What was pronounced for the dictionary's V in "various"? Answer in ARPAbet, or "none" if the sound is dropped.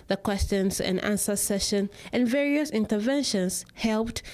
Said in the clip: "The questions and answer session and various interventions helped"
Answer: V